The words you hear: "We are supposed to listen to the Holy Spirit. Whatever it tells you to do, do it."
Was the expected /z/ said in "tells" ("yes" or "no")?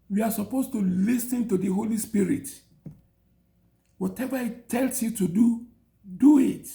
no